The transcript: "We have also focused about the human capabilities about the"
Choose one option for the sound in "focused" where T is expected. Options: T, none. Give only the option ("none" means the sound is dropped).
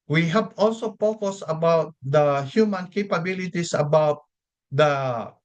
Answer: none